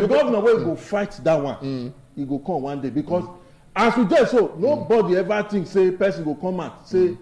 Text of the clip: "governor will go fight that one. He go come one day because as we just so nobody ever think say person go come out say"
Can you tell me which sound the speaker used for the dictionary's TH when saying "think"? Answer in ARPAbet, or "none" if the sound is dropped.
T